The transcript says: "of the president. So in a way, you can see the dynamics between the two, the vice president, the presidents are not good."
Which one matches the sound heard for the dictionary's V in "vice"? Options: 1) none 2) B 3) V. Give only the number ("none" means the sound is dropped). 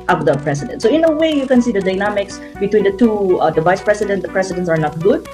3